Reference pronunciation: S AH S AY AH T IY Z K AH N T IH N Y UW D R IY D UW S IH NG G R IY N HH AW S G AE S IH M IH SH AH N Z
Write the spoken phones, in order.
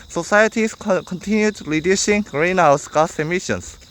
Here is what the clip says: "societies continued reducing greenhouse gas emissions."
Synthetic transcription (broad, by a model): S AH S AY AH T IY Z K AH N T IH N Y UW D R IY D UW SH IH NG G R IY N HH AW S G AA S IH M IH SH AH N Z